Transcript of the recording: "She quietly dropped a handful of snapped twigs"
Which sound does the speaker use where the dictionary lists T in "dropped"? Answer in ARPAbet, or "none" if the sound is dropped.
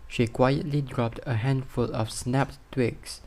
T